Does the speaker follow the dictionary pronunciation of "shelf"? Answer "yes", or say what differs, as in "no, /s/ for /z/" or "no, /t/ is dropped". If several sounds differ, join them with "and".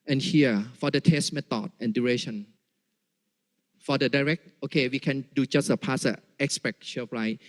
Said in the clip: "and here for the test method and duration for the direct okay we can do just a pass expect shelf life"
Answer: no, /l/ is dropped